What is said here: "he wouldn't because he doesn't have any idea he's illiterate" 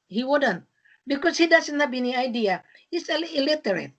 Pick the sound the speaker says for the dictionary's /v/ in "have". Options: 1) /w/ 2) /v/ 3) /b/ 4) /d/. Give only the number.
3